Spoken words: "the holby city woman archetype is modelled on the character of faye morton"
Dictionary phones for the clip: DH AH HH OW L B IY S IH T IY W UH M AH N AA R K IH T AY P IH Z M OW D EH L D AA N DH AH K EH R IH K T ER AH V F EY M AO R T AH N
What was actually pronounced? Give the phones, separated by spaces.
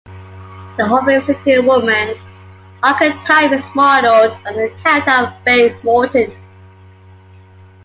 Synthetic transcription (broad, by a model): DH AH HH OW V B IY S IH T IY W UH M AH N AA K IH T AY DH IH S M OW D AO D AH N DH AH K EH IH T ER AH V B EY M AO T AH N